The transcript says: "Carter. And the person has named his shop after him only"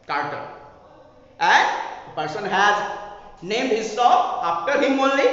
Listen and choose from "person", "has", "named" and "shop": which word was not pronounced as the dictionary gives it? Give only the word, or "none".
shop